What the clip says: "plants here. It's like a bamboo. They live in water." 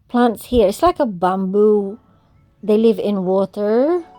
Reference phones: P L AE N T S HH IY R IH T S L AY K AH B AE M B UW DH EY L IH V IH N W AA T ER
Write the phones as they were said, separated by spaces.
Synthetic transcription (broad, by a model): P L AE N T S HH IY R IH T S L AY K AH B AE M B UW DH EY L IH V IH N W AA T ER